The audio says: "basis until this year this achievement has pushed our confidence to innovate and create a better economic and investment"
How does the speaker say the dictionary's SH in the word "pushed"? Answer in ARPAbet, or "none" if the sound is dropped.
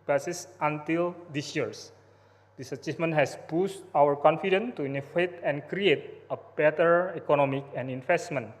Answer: S